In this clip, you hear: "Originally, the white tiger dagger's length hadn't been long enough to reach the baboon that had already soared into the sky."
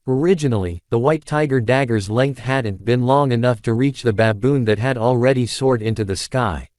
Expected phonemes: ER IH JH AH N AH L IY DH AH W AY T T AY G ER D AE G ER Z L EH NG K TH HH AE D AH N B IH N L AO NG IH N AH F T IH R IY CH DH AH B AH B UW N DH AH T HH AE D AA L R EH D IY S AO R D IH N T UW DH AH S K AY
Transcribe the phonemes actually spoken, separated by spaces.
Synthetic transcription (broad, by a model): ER IH JH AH N L IY DH AH W AY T T AY G ER D AE G ER Z L EH NG K TH HH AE D N B IH N L AO NG IH N AH F T IH R IY CH DH AH B AH B UW N DH AH T HH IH D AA L R EH D IY S AO R D IH N T UW DH AH S K AY